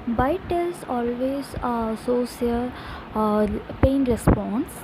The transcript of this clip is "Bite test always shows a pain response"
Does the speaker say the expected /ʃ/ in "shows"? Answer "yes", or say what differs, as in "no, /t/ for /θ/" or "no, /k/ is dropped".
no, /s/ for /ʃ/